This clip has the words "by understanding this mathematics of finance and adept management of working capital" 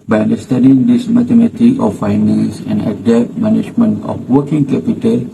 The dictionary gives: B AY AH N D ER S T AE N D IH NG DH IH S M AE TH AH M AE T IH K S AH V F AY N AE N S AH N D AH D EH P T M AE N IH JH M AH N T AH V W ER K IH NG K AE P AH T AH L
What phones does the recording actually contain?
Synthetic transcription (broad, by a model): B AY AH N D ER S T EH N D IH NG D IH S M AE T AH M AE T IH K AH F AY N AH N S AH N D AH D EH P T M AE N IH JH M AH N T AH F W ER K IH NG K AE P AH T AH L